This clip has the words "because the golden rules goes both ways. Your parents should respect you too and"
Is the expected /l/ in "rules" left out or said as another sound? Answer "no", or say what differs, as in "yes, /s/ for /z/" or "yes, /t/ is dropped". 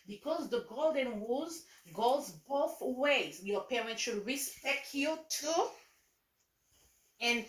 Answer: yes, /l/ is dropped